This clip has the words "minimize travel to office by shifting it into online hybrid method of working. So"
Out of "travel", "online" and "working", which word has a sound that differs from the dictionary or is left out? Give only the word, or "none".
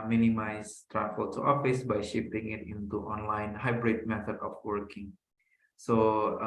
travel